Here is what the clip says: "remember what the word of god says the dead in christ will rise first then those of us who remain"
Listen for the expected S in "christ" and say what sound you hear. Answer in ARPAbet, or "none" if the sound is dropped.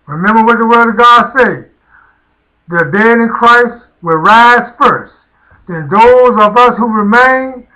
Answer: S